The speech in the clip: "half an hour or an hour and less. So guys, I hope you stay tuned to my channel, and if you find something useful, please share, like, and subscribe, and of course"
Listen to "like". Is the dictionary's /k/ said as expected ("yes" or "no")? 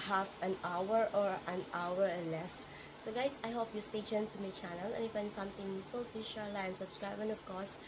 no